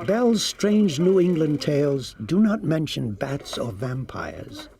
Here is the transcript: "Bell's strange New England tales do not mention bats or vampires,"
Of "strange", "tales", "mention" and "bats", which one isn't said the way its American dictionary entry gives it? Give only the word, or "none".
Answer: none